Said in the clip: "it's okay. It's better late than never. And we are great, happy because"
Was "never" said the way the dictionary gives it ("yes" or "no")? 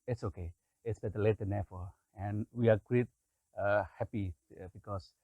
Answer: no